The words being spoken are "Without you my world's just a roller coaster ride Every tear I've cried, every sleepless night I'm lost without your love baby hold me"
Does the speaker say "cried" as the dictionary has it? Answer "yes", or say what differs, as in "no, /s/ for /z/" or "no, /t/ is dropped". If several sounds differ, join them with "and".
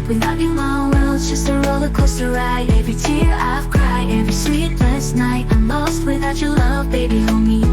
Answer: no, /d/ is dropped